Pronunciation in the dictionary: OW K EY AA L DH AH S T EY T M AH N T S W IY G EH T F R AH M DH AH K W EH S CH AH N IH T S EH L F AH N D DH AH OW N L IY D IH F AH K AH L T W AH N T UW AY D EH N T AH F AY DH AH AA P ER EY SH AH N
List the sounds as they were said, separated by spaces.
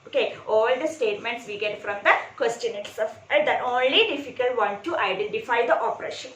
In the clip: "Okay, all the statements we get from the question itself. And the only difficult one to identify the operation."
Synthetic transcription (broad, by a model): OW K EY AA L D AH S T EY T M AH N T S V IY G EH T F R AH M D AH K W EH S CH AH N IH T S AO F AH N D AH OW N L IY D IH F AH K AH L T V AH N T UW AY D EH N T AH F AY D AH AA P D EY SH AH N